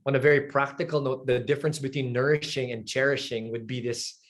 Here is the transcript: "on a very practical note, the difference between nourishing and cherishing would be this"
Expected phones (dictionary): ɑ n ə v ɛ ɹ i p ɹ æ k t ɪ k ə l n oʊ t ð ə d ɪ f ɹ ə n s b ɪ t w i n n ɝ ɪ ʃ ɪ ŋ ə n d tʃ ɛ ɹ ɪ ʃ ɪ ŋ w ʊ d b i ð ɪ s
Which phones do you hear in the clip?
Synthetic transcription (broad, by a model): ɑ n ə v ɛ ɹ i p ɹ æ k t ɪ k ə l n oʊ t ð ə d ɪ f ɹ ə n s b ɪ t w i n n ɝ ɪ ʃ ɪ ŋ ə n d tʃ ɛ ɹ ɪ ʃ ɪ ŋ w ʊ d b i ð ɪ s